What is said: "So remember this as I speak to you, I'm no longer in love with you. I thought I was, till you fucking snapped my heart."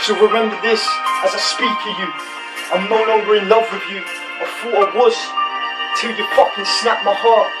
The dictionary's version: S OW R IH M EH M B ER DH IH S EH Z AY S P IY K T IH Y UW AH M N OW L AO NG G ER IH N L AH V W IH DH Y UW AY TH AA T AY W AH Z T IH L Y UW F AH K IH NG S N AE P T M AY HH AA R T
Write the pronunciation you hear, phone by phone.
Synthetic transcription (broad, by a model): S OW R IH M EH M B ER DH IH S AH Z AY S P IY K T IH Y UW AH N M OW N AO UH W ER IH N L AH V W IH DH Y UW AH F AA AH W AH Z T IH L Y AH P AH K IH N S N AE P M AY HH AA R T